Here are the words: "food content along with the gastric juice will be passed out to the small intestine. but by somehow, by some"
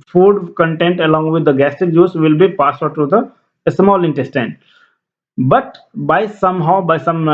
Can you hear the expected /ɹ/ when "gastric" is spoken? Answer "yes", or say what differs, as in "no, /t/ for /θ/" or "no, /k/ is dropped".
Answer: no, /ɹ/ is dropped